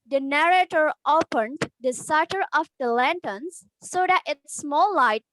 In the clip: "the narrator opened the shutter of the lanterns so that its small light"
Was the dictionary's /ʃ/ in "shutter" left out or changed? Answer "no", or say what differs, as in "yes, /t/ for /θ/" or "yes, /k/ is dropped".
yes, /s/ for /ʃ/